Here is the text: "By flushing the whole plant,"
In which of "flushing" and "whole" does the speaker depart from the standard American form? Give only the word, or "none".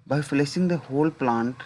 flushing